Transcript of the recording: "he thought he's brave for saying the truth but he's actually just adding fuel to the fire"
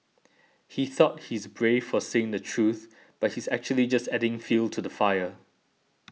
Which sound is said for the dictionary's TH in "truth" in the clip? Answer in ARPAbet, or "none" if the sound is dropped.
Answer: TH